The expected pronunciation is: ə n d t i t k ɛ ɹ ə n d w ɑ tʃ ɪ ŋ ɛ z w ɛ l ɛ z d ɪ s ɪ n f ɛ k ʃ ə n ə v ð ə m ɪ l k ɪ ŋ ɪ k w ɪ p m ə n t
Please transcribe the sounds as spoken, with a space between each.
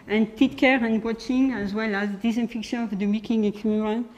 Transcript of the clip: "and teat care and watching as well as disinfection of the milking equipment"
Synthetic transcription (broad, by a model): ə n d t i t k ɛ ɹ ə n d w ɑ tʃ ɪ ŋ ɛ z w ɛ l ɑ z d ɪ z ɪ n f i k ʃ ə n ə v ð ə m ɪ k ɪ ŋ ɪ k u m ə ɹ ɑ